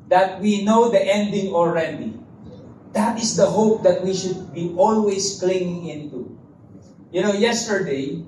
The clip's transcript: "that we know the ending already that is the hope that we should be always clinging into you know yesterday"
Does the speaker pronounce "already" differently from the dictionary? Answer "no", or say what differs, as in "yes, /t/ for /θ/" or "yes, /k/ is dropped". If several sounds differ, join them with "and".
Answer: no